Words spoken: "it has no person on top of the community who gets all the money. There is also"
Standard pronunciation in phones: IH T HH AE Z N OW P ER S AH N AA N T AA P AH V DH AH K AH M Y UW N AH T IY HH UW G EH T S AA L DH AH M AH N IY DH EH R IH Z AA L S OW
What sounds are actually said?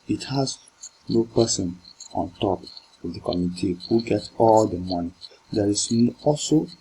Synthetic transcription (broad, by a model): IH T HH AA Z N OW P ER S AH N AA N T AA P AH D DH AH K AH M Y UW N AH T IY HH UW G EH T AA L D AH M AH N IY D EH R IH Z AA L S OW